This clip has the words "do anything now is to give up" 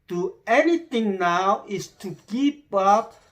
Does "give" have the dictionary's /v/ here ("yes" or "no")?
no